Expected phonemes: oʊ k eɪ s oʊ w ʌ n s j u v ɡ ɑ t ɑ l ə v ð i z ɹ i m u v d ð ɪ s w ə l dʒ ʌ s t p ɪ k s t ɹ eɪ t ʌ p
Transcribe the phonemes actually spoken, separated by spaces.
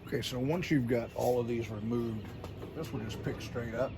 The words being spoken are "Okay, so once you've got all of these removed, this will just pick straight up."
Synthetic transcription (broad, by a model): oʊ k eɪ s oʊ w ʌ n s j u v ɡ ɑ t ɑ l ə v ð i z ɹ i m u v d ð ɪ s w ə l dʒ ʌ s p ɪ k s t ɹ eɪ t ʌ p